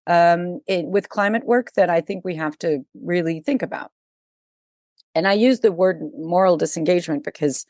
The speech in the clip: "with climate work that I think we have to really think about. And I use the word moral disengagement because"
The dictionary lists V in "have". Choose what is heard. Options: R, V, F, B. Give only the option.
F